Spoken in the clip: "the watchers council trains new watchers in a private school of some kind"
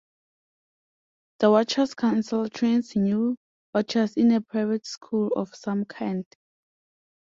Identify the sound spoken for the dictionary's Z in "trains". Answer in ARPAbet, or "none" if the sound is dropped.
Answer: S